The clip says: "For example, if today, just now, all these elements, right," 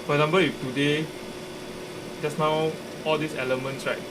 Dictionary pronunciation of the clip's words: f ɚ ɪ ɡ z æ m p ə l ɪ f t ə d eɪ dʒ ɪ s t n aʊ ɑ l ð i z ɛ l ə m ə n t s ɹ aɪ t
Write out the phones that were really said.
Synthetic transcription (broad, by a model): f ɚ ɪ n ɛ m b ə ɪ f t ə d eɪ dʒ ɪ s n aʊ ɑ l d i s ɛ l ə m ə n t s ɹ aɪ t